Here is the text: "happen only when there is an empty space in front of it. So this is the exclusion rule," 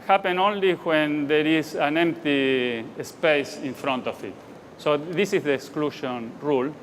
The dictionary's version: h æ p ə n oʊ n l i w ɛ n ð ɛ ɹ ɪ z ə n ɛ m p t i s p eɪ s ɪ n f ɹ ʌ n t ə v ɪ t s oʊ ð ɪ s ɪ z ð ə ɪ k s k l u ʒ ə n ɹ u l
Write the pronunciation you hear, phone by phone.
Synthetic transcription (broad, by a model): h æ p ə n oʊ n l i w ɛ n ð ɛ ɹ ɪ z ə n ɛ m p t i s p eɪ s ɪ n f ɹ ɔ n t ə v ɪ t s oʊ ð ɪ s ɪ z ð ə k s k l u ʃ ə n ɹ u l